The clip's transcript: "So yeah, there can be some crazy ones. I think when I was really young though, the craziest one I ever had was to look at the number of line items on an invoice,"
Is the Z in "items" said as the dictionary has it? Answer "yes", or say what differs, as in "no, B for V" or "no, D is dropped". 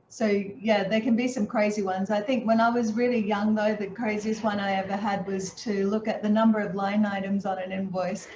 yes